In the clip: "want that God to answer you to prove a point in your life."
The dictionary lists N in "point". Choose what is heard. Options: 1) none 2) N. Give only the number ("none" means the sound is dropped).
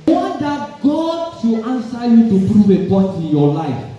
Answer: 1